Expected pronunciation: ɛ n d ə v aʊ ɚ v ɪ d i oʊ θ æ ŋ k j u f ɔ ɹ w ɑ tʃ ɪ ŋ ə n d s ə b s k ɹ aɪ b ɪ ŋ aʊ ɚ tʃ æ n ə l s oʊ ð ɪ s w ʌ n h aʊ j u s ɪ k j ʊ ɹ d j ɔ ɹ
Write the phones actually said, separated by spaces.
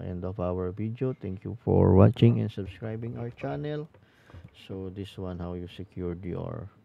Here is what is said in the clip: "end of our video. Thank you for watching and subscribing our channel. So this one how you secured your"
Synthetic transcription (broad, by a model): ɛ n d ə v aʊ ɚ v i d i oʊ t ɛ ŋ k j u f ɔ ɹ w ɑ tʃ ɪ ŋ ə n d s ə b s k ɹ aɪ b ɪ ŋ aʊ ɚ tʃ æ n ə l s oʊ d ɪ s w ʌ n h aʊ j u s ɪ k j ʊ ɹ d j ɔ ɹ